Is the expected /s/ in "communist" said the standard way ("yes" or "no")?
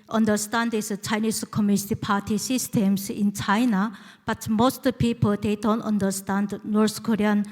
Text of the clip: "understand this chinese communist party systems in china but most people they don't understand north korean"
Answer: no